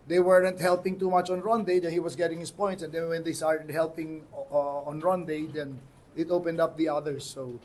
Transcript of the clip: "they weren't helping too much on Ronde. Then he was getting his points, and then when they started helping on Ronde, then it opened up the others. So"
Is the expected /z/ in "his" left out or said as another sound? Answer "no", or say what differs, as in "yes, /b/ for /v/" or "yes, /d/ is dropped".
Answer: yes, /s/ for /z/